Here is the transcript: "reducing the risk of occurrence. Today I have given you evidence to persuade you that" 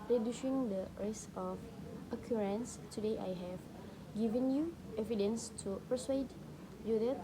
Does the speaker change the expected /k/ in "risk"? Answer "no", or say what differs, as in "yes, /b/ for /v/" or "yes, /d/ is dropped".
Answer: yes, /k/ is dropped